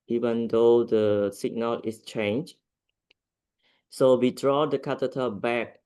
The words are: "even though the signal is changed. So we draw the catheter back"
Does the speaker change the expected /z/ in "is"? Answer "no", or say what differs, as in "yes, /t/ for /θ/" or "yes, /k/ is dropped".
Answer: yes, /s/ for /z/